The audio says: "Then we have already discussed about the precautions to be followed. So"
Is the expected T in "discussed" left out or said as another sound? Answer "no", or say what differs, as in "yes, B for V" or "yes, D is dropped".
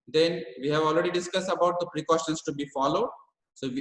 no